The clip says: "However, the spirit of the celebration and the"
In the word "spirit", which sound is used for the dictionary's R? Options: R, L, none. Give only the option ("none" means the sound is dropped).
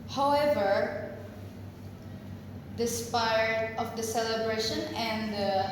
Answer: none